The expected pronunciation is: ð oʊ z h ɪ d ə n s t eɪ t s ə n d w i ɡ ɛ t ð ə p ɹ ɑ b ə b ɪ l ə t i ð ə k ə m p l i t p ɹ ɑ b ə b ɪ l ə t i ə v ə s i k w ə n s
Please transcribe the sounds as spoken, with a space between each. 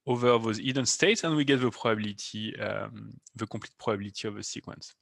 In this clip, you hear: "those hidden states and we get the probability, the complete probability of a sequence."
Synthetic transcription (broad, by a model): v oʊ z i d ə n s t eɪ t s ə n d w i ɡ ɛ t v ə p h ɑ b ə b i l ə t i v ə k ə p l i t p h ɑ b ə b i l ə t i ə v ə s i k w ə n s